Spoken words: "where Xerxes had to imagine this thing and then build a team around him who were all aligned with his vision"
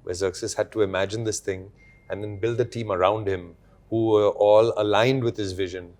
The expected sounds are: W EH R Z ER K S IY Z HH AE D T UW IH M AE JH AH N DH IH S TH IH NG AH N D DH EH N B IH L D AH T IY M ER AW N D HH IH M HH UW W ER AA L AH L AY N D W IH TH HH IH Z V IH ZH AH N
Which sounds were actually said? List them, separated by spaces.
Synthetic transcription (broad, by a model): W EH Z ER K S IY S HH AE D T UW IH M AE JH AH N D IH S T IH NG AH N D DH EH N B IH L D AH T IY M ER AW N D HH IH M HH UW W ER AA L AH L AY N D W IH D HH IH Z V IH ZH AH N